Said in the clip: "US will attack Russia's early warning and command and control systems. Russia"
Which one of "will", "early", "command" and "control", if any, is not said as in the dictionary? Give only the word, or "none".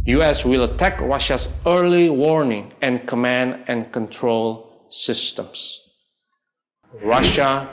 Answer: none